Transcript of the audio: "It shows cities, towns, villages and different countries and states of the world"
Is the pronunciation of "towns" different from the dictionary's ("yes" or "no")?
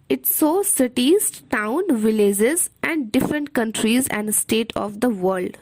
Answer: yes